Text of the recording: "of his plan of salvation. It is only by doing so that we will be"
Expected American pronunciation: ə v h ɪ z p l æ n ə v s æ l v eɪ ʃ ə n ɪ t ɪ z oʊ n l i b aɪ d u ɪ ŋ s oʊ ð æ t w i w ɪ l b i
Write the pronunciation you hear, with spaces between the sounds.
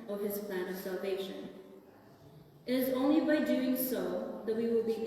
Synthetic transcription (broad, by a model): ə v h ɪ z p l æ n ə v s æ l v eɪ ʃ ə n ɪ t ɪ z oʊ n l i b aɪ d u ɪ ŋ s oʊ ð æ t w i w ɪ l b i